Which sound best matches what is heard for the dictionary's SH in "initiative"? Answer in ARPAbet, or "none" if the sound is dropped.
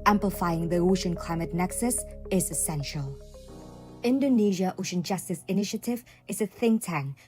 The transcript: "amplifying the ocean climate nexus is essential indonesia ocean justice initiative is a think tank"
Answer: SH